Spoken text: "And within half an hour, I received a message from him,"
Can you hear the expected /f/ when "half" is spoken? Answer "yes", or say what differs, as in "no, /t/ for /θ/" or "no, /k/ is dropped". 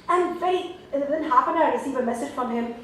no, /p/ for /f/